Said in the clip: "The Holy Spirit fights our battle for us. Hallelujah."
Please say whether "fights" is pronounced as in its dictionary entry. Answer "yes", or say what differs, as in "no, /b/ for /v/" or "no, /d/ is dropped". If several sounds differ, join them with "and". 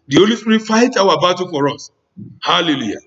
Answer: no, /s/ is dropped